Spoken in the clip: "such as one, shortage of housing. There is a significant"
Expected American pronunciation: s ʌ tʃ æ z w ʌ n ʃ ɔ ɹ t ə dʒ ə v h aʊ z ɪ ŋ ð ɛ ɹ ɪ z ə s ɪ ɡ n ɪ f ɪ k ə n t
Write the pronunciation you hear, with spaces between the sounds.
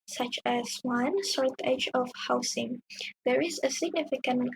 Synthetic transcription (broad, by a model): s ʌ tʃ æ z w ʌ n s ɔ ɹ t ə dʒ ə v h aʊ s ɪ ŋ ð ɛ ɹ ɪ z ə s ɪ ɡ n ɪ f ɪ k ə n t